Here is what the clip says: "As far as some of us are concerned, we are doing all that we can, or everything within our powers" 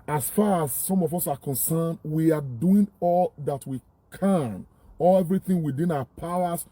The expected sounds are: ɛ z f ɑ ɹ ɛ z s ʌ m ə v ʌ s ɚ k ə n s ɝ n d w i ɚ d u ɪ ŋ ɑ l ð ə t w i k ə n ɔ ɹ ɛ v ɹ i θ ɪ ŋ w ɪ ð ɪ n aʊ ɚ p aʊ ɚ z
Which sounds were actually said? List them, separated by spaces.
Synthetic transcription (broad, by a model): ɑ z f ɑ ɹ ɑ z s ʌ m ə v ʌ s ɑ k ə n s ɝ n d w i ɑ d u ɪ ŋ ɑ l ð ə t w i k ə n ɔ l ɛ v ɹ i θ ɪ ŋ w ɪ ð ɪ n aʊ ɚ p aʊ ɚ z